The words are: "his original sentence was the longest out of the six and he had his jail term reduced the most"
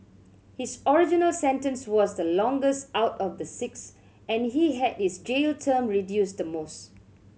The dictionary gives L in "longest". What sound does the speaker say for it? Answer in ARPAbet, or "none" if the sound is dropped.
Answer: L